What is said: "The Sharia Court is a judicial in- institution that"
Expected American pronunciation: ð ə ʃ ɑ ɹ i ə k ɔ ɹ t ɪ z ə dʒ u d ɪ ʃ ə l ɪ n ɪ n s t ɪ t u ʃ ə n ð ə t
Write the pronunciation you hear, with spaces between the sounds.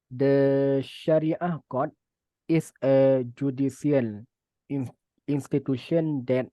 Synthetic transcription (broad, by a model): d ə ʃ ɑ ɹ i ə k ɔ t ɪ s ə dʒ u d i s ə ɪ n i n s t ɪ t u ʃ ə n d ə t